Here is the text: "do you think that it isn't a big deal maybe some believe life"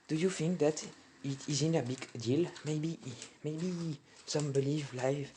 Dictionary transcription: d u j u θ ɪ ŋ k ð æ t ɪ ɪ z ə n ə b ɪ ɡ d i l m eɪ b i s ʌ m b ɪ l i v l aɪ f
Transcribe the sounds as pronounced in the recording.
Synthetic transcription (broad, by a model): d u j u f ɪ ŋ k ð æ t ɪ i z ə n ə b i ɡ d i l m eɪ b i s ʌ m b ɪ l i v l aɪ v